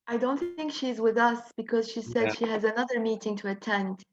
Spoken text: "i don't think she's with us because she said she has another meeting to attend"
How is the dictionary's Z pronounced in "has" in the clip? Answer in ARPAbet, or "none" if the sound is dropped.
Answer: Z